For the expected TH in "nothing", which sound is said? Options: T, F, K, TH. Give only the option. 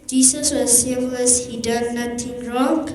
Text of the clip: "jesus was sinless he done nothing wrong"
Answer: T